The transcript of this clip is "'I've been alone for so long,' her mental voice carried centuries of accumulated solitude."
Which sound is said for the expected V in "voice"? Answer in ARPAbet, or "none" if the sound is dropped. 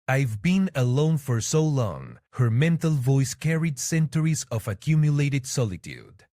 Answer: V